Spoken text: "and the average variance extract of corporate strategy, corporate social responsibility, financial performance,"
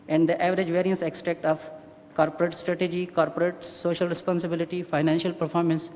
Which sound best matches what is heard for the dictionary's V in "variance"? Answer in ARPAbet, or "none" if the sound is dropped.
V